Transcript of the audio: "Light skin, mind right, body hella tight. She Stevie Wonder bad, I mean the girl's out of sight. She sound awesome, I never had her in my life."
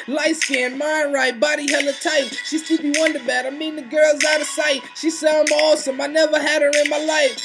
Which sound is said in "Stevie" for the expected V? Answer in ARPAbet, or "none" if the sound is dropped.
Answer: B